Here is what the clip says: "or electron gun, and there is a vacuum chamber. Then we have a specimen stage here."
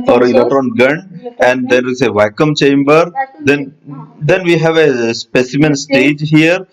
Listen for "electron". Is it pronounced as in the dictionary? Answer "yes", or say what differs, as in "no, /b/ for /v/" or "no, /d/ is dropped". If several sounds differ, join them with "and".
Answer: no, /k/ is dropped and /ɹ/ is dropped